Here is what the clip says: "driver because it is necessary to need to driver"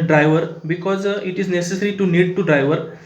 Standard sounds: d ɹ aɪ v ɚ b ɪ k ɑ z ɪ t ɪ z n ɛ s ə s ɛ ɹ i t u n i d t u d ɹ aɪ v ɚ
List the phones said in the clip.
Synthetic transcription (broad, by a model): d ɹ aɪ v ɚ b ɪ k ɑ z ɪ t ɪ z n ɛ s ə s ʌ ɹ i t u n i d t u d ɹ aɪ v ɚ